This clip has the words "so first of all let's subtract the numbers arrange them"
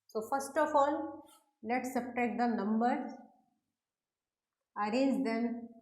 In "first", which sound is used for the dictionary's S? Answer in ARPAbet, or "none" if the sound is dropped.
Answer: S